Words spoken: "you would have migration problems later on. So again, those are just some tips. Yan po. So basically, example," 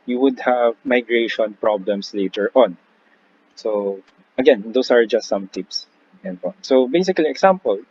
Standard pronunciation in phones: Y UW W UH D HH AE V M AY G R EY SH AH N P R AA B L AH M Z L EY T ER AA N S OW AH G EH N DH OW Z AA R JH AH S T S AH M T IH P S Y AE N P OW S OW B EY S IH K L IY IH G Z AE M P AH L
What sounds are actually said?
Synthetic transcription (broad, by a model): Y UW W UH D HH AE V M AY G R EY SH AH N P R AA B L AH M S L EY T ER AA N S OW AH G EH N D OW S AA R JH AH S T S AH M T IH P S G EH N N S OW B EY S IH K L IY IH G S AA M P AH L